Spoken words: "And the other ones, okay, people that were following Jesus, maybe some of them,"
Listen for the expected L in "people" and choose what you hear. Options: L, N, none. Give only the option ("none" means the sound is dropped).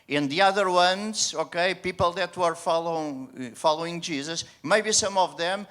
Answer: L